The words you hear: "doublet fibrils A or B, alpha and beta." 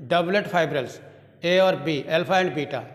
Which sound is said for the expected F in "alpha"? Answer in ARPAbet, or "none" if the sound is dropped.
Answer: P